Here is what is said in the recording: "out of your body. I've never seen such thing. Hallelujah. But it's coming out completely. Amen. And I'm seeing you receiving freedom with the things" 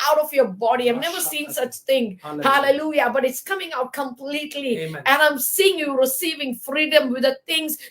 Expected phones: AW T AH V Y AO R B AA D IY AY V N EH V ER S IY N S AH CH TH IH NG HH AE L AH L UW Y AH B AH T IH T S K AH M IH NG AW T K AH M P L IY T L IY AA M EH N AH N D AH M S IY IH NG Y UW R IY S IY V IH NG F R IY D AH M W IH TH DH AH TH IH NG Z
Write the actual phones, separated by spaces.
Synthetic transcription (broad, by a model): AW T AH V Y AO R B AA D IY AY V N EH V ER S IY N S AH CH T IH NG HH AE L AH L UW Y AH B AH T IH T S K AH M IH NG AW T K AH M P L IY T L IY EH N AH AH M S IY IH NG Y UW R IY S IY V IH NG F R IY D AH M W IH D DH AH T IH NG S